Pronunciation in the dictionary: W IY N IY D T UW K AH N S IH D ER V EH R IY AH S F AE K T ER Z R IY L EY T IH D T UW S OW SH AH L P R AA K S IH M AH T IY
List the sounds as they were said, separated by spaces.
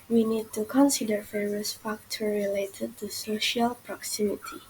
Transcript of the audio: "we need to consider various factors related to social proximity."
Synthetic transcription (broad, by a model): W IY N IY D T UW K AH N S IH D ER F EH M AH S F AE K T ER R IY L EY T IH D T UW S OW SH AH L P R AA K S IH M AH T IY